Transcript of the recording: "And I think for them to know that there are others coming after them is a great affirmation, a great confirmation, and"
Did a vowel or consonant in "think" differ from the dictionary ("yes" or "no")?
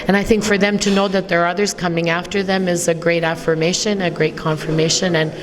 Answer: no